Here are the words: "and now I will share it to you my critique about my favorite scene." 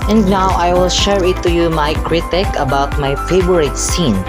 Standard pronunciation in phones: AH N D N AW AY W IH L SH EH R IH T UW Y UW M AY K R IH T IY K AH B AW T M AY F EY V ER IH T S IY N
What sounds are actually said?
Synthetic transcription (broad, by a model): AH N D N AW AY W IH L SH EH R IH T UW Y UW M AY K R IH T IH K AH B AW T M AY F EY B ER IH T S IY N